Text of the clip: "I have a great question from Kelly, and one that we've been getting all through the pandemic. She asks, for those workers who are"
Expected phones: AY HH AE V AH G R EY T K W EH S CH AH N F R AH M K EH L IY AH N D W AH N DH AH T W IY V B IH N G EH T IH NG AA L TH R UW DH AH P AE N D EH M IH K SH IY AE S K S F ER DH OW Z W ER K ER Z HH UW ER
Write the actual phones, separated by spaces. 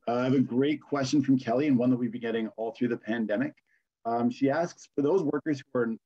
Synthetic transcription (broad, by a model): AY V AH G R EY T K W EH S CH AH N F R AH M K EH L IY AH N W AH N DH AH T W IY V B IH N G EH T IH NG AA L TH R UW DH AH P AE N D EH M IH K SH IY AE S K S F ER DH OW Z W ER K ER Z HH UW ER